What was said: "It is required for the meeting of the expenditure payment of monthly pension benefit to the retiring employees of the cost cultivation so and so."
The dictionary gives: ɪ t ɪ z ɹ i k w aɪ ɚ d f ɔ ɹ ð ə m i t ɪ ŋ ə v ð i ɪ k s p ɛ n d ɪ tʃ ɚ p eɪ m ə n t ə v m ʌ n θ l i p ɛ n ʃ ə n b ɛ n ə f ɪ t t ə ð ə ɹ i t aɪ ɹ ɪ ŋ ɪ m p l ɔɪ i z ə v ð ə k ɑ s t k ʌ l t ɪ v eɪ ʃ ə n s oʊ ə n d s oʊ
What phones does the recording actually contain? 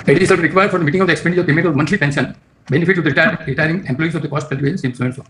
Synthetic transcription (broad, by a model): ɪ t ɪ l ɹ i k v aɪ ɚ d f ɔ ɹ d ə m i t ɪ ŋ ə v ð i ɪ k s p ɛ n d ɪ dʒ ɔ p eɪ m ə t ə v m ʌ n t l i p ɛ n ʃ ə n b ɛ n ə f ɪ t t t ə ɹ i t aɪ ɹ ɪ ŋ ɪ m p l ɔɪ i s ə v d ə k ɑ s t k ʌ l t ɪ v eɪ s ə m s oʊ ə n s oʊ